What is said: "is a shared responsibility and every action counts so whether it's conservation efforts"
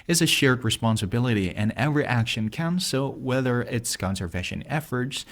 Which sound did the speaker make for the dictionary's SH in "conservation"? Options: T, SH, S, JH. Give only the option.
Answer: SH